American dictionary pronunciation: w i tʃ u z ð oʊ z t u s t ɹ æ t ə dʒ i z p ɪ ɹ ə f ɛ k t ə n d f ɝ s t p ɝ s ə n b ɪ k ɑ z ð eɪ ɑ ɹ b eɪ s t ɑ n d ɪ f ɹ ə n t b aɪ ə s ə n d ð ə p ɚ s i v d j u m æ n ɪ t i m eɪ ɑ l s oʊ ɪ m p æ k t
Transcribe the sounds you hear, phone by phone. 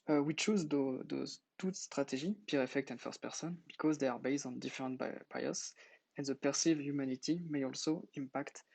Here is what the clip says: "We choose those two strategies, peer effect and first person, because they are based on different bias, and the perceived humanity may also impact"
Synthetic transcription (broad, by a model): w i tʃ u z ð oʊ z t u s t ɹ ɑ t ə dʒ i p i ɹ ə f ɛ k t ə n f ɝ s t p ɝ s ə n b ɪ k ɑ z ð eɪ ɑ ɹ b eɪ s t ɑ n d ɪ f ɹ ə n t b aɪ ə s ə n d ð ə p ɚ s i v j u m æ n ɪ t i m eɪ ɑ l s oʊ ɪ m p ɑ k t